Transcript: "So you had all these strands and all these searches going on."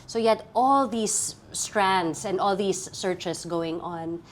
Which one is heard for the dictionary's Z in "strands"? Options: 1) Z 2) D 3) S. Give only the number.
3